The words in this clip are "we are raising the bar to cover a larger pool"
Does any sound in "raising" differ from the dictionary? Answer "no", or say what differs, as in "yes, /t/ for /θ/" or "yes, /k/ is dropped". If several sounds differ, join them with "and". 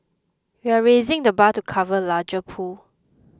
no